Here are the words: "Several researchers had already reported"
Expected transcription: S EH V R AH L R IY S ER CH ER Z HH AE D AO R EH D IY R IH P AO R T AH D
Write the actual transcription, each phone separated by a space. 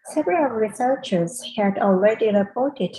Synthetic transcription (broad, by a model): S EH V R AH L R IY S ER CH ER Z HH AE D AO L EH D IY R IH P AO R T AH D